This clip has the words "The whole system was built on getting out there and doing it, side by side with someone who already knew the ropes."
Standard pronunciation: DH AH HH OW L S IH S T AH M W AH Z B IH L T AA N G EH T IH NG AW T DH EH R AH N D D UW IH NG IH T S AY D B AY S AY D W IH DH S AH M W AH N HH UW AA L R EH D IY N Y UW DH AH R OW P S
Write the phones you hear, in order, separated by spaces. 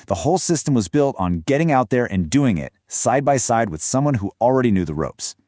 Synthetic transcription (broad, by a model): DH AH HH OW L S IH S T AH M W AH Z B IH L T N G EH T IH NG AW T DH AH R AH N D D UW IH NG IH T S AY D B AY S AY D W IH DH S AH M W AH N HH UW L R EH D IY N Y UW DH AH R OW P S